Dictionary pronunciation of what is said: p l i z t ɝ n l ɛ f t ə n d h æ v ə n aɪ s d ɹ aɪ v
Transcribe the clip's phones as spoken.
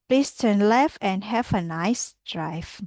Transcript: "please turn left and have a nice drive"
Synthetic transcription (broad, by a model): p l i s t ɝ n l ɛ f ə n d h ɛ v ə n aɪ s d ɹ aɪ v